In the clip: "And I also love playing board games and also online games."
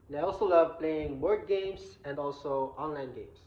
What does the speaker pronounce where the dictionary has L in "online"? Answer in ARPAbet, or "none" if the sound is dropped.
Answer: L